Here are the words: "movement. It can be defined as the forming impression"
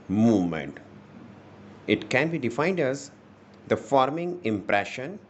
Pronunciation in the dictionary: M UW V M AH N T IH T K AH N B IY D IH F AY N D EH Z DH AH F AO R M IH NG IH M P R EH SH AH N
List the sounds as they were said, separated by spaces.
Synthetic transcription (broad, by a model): M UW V M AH N T IH T K AH N B IY D IH F AY N D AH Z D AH F AO R M IH NG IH M P R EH SH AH N